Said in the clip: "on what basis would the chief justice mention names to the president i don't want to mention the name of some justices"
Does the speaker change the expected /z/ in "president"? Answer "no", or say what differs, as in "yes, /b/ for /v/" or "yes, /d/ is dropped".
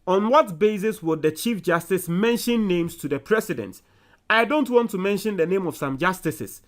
yes, /s/ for /z/